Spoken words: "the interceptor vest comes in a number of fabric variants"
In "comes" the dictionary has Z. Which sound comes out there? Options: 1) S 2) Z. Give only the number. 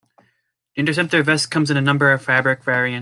2